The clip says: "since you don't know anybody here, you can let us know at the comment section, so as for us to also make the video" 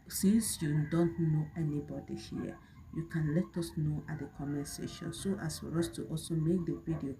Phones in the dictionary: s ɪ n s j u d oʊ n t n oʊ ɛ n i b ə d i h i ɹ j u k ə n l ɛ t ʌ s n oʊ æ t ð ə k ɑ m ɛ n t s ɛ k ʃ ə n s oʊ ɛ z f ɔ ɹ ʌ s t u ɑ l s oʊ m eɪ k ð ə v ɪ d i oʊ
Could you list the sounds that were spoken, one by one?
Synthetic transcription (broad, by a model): s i n s j u d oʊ n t n oʊ ɛ n i b ə d i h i j u k ə n l ɛ t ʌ s n oʊ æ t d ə k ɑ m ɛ s ɛ ʃ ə n s oʊ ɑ s f ɔ ɹ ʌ s t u ɑ l s oʊ m eɪ k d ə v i d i oʊ